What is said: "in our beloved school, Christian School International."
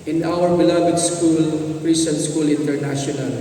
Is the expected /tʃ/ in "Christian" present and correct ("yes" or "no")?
no